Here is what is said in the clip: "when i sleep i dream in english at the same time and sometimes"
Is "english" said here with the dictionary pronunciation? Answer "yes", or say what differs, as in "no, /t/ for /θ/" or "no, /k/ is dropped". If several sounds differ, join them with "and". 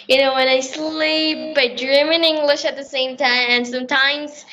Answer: yes